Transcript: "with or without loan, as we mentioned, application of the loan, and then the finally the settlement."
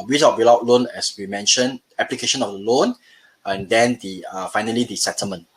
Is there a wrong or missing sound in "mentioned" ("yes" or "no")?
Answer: yes